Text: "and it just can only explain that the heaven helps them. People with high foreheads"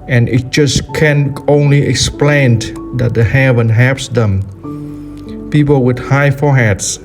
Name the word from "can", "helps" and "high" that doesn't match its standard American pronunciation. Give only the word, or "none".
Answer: helps